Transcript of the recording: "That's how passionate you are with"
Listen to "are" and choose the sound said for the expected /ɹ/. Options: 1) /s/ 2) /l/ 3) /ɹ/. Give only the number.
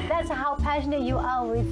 2